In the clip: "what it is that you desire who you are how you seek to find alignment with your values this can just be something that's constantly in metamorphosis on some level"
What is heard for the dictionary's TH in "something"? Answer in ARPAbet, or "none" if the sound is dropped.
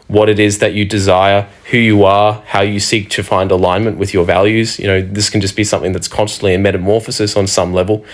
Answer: TH